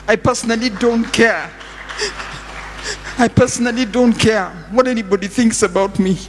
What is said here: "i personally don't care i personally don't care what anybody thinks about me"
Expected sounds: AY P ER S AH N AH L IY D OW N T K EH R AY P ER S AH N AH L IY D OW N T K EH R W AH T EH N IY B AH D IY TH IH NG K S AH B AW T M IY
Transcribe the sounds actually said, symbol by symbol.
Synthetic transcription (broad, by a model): AY P ER S AH N AH L IY D OW N T K EH R AY P ER S AH N AH L IY D OW N T K EH R W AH T EH N IY B AH D IY TH IH NG K S AH B AW T M IY